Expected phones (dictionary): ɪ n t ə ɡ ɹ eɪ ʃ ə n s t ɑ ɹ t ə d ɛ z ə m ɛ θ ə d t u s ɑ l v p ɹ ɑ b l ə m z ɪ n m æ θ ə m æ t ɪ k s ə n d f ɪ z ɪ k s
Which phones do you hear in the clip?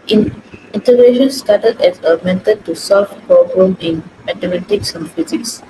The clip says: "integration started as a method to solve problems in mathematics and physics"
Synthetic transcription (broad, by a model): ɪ n t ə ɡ ɹ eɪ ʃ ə n s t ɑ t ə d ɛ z ə m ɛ t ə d t u s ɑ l f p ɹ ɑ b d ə m ɪ n m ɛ t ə m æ t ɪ k s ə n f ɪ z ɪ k s